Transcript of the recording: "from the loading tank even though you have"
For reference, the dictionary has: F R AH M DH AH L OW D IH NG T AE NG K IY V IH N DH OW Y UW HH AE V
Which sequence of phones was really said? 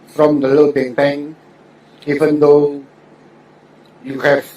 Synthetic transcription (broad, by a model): F R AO M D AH L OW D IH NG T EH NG IY V IH N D OW Y UW HH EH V